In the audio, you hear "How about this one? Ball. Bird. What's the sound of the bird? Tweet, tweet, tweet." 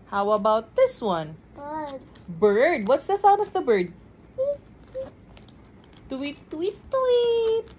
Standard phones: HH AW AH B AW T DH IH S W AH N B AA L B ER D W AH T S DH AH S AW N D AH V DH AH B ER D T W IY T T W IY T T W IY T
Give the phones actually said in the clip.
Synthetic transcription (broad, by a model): HH AW AH B AW T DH IH S W AH N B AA B ER D W AH T S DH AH S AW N AH V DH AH B ER D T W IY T T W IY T T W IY T